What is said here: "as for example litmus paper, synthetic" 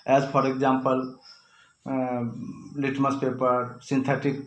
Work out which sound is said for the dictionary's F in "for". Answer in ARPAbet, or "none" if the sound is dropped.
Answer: P